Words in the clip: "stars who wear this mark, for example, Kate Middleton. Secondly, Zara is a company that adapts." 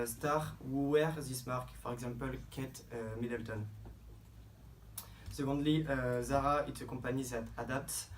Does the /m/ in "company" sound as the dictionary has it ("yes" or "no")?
no